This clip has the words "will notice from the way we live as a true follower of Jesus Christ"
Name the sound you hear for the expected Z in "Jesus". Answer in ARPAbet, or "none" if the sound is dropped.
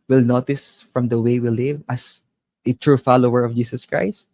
S